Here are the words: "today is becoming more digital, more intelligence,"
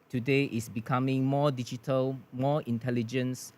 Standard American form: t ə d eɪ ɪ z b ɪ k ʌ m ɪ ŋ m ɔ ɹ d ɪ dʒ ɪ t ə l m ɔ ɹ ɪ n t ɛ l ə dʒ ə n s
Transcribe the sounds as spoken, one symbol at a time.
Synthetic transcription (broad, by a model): t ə d eɪ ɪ s b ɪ k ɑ m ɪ ŋ m ɔ d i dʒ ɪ t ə l m ɔ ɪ n t ɛ l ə dʒ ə n s